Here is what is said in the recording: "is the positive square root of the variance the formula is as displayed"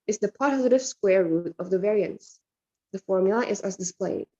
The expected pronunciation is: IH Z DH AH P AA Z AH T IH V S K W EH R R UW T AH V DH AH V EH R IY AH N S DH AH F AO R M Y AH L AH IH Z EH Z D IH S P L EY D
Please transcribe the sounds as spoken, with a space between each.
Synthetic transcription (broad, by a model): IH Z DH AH P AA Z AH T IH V S K W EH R R UW T AH V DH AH V EH R IY AH N S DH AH F AO R M Y L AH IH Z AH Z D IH S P L EY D